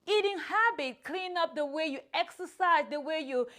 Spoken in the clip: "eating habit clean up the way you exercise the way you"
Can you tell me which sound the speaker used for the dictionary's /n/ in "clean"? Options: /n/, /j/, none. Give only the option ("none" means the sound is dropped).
/n/